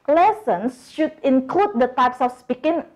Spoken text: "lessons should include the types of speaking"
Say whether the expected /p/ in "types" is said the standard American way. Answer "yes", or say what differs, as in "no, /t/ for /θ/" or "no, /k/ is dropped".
yes